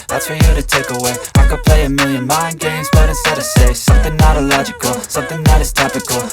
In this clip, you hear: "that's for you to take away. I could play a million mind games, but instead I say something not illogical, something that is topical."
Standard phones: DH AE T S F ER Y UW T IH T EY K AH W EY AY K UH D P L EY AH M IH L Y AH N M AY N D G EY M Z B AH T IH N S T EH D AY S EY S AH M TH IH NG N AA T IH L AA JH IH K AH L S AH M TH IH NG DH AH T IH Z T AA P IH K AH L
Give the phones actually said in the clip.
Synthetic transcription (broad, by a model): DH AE T S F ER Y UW T IH T EY K AH W EY AY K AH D P L EY AH M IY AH N M AY N G EY M Z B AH T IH S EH D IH S EY S AH M TH IH NG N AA T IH L AA JH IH K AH L S AH M TH IH NG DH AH T IH Z T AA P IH K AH L